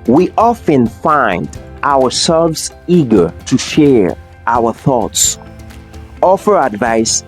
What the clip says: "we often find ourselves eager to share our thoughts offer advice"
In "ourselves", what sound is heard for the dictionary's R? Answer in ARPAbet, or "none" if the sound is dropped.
W